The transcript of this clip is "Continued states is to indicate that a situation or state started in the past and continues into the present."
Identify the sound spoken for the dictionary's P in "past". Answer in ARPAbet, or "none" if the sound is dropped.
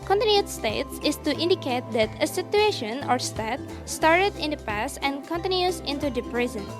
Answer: P